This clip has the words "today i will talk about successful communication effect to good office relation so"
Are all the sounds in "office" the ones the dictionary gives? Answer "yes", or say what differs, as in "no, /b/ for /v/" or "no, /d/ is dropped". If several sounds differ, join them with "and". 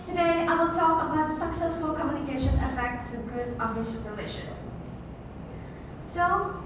no, /ʃ/ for /s/